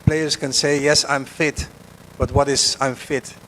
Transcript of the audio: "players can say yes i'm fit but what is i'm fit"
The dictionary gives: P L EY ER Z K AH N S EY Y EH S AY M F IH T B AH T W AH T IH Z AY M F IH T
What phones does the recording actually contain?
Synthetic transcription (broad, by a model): P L EY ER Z K AH N S EY Y EH S AY M F IH T B AH T W AH T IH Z AY M F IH T